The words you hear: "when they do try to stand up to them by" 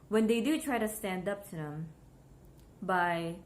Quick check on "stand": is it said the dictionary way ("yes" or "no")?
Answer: yes